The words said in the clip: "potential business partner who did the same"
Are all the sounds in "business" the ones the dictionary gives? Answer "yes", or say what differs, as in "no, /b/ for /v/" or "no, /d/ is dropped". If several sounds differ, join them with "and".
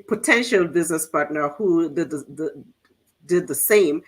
yes